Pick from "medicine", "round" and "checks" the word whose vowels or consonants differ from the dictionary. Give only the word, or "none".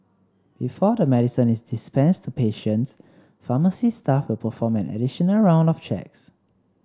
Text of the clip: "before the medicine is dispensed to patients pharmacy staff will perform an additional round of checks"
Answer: none